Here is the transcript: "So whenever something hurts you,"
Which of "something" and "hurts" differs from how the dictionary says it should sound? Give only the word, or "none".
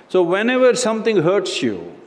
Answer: something